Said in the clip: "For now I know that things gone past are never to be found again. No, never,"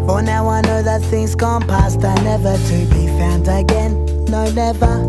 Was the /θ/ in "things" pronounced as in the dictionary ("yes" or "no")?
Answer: yes